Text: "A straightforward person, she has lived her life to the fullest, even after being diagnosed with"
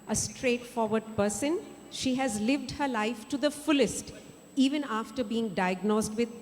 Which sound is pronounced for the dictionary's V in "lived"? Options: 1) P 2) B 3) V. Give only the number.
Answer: 3